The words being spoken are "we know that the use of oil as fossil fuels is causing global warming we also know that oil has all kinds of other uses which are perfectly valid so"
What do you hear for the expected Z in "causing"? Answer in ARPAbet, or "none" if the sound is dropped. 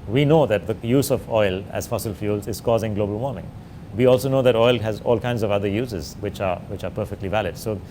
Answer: Z